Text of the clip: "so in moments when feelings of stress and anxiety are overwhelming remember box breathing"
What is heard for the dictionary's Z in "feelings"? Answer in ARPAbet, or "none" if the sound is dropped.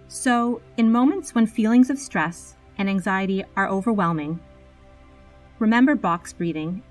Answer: Z